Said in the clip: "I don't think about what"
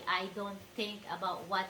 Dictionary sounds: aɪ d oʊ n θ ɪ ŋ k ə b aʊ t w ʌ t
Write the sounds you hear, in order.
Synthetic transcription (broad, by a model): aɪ d oʊ n t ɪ ŋ k ə b aʊ t w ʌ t